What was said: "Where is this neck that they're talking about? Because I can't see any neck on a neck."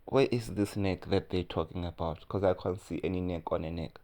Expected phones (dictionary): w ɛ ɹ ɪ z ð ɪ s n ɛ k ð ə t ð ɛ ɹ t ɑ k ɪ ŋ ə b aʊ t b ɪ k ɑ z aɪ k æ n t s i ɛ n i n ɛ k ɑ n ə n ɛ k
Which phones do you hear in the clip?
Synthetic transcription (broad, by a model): w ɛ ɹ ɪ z ð ɪ s n ɛ k ð ə t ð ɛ t ɑ k ɪ ŋ ə b aʊ t k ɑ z aɪ k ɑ n t s i ɛ n i n ɛ k ɑ n ə n ɛ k